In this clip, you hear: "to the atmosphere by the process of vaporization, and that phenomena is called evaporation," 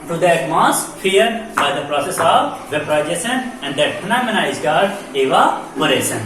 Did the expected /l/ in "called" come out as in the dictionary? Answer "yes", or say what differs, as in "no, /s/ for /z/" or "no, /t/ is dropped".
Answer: no, /l/ is dropped